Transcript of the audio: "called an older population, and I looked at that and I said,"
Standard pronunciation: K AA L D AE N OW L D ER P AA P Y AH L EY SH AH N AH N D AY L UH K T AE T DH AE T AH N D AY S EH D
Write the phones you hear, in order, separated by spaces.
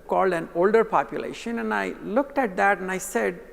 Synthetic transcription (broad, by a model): K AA L D AE N OW L D ER P AA P Y AH L EY SH AH N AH N AY L UH K T AE T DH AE T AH N AY S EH D